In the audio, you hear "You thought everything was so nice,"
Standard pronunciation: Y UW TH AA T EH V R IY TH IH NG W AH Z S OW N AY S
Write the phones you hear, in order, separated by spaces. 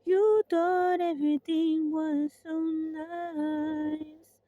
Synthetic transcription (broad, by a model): Y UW T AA T EH V R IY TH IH NG W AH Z S OW N AY S